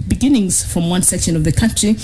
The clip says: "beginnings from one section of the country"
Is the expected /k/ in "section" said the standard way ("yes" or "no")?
yes